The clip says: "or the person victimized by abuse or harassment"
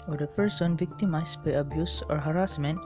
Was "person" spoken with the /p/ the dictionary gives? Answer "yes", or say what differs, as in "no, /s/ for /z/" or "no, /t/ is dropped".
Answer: yes